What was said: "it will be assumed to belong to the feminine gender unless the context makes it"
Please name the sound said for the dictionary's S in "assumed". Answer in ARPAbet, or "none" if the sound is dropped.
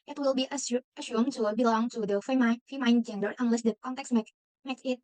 SH